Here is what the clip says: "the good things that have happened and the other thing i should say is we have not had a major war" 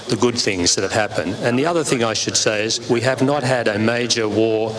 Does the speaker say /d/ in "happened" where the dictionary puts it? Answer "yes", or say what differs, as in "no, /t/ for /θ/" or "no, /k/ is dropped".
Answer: yes